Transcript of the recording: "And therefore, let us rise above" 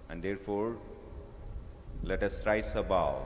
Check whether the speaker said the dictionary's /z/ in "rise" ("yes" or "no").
no